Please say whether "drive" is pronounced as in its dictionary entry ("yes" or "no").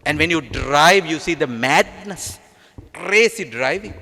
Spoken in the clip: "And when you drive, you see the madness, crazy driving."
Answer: yes